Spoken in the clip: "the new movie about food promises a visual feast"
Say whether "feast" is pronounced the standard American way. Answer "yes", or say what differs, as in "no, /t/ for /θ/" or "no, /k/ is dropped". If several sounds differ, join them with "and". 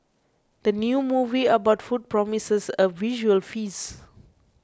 no, /t/ is dropped